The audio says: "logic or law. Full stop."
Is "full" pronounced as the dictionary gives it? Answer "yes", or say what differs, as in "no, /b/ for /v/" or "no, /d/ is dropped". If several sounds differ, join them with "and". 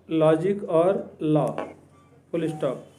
no, /p/ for /f/